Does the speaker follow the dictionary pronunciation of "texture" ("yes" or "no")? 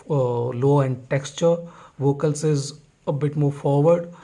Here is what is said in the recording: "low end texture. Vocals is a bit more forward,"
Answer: yes